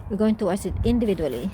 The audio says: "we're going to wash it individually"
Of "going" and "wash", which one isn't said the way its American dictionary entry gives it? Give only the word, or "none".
wash